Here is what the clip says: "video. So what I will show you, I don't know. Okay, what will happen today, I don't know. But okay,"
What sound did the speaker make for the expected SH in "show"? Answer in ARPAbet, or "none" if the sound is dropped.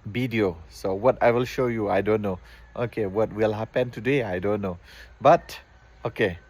SH